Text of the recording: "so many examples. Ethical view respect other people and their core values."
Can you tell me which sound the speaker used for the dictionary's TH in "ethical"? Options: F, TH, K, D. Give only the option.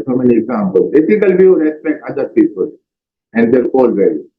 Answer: F